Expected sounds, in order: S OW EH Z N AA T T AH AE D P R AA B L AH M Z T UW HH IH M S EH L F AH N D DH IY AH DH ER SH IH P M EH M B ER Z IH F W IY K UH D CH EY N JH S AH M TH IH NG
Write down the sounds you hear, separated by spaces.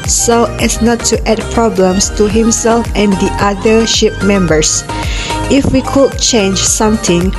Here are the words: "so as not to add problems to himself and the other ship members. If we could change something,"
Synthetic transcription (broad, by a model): S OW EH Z N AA T T AH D P R AA B L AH M S T UW HH IH M S EH L F AH N D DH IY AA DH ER SH IH P M EH M B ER S IH F W IY K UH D CH EY N JH S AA M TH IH NG